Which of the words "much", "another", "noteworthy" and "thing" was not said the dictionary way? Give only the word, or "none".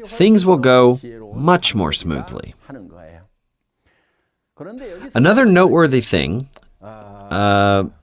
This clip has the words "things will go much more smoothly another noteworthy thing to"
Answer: none